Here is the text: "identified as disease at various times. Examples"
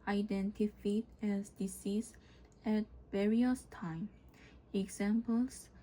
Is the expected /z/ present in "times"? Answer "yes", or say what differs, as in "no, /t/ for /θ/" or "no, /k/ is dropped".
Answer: no, /z/ is dropped